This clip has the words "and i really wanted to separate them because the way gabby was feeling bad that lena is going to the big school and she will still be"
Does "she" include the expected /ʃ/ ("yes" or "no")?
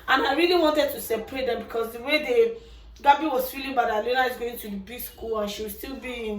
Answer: yes